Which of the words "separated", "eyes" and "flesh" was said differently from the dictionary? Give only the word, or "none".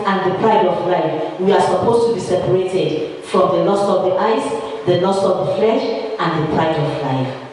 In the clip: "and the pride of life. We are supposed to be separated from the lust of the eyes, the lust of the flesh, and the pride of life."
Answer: eyes